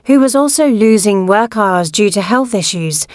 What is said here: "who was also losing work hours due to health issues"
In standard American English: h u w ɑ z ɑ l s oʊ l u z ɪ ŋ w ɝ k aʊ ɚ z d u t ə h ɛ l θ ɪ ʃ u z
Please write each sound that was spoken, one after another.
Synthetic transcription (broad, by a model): h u w ɑ z ɑ l s oʊ l u z ɪ ŋ w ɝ k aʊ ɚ z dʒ u t ə h ɛ l θ ɪ ʃ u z